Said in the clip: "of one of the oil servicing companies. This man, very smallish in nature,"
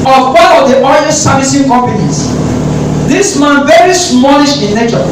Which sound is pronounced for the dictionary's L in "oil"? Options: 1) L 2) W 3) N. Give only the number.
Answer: 3